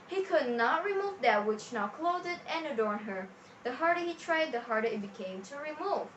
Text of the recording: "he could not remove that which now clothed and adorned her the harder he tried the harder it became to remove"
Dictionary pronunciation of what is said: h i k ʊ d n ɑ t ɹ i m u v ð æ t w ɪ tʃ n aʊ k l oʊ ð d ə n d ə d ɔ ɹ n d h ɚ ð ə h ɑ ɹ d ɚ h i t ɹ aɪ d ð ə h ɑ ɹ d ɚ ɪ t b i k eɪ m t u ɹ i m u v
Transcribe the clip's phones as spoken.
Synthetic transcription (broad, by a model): h i k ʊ d n ɑ t ɹ i m u v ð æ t w ɪ tʃ n aʊ k l oʊ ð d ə n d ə d ɔ ɹ n h ɚ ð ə h ɑ ɹ d ɚ h i t ɹ aɪ d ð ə h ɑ ɹ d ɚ ɪ t b i k eɪ m t u ɹ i m u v